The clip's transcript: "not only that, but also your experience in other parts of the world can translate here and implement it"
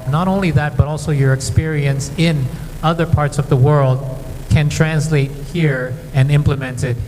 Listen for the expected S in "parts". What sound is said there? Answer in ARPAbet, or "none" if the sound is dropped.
S